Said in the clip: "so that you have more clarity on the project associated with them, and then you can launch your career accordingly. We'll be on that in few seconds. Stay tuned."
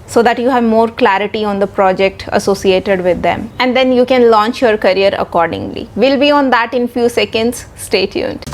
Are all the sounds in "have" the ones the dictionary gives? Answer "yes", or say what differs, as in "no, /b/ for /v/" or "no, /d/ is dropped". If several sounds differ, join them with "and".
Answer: yes